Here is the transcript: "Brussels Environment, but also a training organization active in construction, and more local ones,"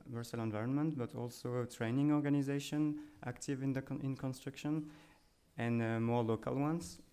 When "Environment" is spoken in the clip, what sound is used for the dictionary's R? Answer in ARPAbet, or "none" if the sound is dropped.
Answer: R